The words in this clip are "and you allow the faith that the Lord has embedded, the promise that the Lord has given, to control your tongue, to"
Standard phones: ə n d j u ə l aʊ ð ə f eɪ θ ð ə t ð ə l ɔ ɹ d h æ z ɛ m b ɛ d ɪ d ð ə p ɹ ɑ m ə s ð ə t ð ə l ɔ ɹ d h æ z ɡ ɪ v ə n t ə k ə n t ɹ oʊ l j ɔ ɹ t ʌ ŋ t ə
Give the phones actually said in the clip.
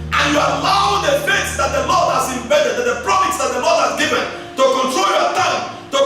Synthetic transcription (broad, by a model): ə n j u ə l aʊ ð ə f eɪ s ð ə t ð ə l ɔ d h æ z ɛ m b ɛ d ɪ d ð ə p ɹ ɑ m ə s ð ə t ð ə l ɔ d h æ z ɡ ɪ v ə n t ə k ə n t ɹ oʊ l j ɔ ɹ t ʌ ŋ t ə